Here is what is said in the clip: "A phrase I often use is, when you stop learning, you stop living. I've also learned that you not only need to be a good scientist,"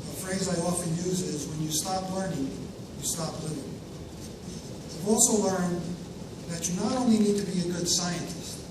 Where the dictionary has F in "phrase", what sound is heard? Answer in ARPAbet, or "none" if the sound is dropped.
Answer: F